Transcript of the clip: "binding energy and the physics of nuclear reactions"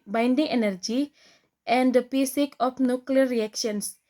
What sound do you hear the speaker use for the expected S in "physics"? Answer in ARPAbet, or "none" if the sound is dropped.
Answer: none